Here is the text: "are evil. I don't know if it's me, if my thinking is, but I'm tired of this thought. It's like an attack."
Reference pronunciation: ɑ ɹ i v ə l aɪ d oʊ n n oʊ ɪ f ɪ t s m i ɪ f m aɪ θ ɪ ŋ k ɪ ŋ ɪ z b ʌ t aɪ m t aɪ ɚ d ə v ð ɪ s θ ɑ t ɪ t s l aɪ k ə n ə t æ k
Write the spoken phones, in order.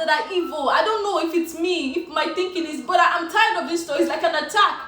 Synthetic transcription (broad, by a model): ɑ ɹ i v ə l aɪ d oʊ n n oʊ ɪ f ɪ t s m i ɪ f m aɪ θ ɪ ŋ k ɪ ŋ ɪ z b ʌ t aɪ m t aɪ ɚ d ə v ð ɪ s t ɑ ɪ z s l aɪ k ə n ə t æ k